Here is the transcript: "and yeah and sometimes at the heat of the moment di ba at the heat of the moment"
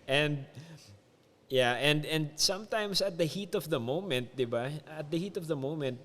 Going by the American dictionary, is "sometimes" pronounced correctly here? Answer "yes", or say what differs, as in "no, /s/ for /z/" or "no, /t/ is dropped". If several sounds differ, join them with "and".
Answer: no, /s/ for /z/